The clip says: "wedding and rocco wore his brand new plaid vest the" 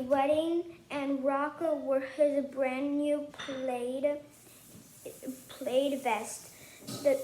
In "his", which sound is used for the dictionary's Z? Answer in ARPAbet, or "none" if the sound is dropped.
Z